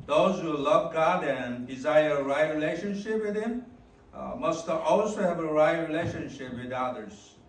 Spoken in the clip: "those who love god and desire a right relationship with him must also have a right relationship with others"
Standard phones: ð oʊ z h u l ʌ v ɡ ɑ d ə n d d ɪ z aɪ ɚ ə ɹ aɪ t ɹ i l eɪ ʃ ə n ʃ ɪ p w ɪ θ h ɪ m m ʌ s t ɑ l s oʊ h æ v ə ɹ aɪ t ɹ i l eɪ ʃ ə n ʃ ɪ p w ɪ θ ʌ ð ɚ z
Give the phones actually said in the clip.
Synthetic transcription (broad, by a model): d oʊ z h u l ʌ v ɡ ɑ d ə n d d ɪ z aɪ ɚ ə ɹ aɪ t ɹ i l eɪ ʃ ə n ʃ ɪ p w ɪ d h ɪ m m ʌ s t ɑ l s oʊ h æ v ə ɹ aɪ t ɹ i l eɪ ʃ ə n ʃ ɪ p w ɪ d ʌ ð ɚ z